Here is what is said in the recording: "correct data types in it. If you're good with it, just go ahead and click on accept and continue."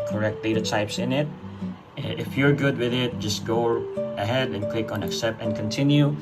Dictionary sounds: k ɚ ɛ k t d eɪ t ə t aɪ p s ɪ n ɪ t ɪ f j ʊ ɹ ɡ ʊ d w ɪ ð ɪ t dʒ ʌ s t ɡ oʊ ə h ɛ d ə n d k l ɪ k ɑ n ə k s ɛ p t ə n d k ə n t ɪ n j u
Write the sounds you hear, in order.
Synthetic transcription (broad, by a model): k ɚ ɛ k t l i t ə t aɪ p s ɪ n ɪ t ɪ f j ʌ ɹ ɡ ʊ d w ɪ ð ɪ t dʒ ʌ s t ɡ oʊ ə h ɛ d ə n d k l ɪ k ɑ n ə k s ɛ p ə n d k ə n t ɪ n j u